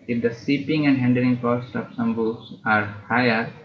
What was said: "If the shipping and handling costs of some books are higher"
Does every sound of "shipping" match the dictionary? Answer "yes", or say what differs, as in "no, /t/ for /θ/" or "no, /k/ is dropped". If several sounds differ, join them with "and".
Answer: no, /s/ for /ʃ/